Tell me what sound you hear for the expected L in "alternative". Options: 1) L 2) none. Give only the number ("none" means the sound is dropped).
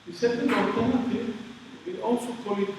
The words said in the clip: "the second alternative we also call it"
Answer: 2